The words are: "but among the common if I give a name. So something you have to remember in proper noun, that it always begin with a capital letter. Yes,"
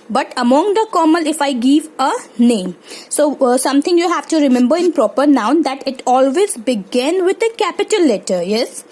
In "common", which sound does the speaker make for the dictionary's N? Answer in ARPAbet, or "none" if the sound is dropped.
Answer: L